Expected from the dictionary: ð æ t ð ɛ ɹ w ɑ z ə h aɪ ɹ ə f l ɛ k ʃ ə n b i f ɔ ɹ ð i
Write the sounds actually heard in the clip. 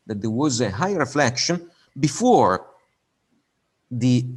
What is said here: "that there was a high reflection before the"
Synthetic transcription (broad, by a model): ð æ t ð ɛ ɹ w ɑ z ə h aɪ ɹ ə f l ɛ k ʃ ə n b i f ɔ ɹ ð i